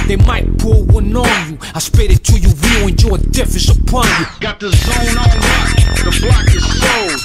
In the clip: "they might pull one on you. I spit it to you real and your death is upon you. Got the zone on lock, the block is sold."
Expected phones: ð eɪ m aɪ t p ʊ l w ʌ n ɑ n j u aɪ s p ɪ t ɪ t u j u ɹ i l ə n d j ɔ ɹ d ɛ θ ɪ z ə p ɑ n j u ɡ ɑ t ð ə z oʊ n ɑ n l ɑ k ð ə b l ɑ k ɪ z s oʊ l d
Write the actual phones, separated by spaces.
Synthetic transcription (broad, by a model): ð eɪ m aɪ t p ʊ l w ʌ n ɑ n j u aɪ s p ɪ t ɪ t u j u w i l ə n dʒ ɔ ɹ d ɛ f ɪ s ə p ɑ n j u ɡ ɑ t ð ə z oʊ n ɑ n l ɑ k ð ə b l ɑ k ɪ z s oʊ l